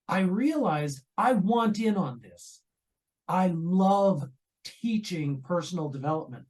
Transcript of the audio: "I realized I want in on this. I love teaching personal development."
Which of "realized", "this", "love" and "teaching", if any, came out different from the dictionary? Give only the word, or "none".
none